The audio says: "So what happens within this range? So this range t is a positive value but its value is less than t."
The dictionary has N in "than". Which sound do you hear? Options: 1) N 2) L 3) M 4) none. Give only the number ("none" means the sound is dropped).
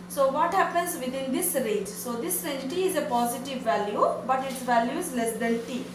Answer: 2